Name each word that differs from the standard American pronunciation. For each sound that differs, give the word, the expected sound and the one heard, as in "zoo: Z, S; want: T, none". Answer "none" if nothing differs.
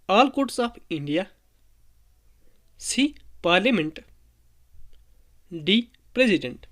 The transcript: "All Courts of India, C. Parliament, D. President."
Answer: of: V, P